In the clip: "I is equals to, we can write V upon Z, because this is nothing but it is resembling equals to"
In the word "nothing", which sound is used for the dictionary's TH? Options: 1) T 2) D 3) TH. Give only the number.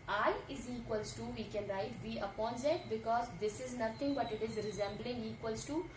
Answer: 1